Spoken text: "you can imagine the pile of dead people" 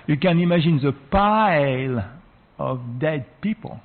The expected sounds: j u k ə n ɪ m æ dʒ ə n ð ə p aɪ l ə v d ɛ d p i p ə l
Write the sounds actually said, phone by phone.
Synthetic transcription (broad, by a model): j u k ə n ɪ m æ ʒ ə n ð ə p aɪ l ə v d ɛ d p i p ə l